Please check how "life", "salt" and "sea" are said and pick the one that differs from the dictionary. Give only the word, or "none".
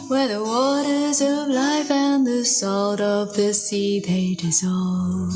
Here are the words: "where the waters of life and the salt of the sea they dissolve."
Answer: none